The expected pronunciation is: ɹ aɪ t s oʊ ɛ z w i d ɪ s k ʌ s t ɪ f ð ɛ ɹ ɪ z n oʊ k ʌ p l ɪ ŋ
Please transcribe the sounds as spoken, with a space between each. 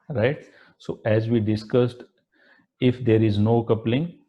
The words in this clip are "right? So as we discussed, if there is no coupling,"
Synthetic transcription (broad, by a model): ɹ aɪ t s oʊ ɛ z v i d ɪ s k ʌ s t ɪ f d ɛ ɹ ɪ z n oʊ k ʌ p l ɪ ŋ